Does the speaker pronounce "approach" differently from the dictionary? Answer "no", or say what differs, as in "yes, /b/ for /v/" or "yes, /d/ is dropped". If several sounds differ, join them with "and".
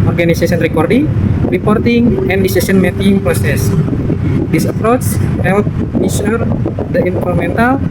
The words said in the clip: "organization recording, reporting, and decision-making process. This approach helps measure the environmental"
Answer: yes, /s/ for /tʃ/